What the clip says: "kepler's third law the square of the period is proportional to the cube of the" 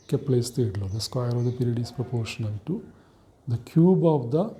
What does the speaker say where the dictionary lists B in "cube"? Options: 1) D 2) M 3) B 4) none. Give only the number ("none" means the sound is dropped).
3